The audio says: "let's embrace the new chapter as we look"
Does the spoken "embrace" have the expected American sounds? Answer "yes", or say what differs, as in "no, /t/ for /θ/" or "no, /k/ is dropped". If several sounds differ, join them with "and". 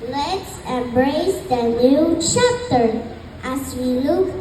yes